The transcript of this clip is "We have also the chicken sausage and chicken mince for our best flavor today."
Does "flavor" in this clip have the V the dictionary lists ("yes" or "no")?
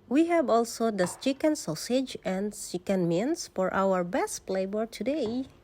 no